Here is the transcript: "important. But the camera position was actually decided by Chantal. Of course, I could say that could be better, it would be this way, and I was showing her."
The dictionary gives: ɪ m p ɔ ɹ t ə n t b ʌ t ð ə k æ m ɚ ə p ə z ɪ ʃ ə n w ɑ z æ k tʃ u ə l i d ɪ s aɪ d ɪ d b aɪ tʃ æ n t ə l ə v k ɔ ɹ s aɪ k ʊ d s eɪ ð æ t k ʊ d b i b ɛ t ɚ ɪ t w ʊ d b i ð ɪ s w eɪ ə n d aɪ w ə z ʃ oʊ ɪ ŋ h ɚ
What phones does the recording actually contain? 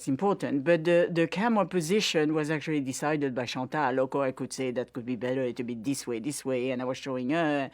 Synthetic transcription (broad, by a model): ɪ m p ɔ ɹ t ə n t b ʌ t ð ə k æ m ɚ p ə z ɪ ʃ ə n w ɑ z æ k tʃ u ə l i d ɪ s aɪ d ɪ d b aɪ ʃ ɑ t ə l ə k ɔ aɪ k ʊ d s eɪ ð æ t k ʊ d b i b ɛ t ɚ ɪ t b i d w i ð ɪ s w eɪ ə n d aɪ w ə z ʃ oʊ ɪ ŋ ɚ